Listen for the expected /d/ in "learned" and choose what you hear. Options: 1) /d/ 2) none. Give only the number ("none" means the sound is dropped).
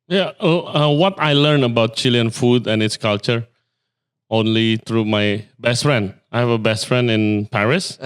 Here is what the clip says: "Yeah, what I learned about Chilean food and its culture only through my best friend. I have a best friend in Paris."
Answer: 2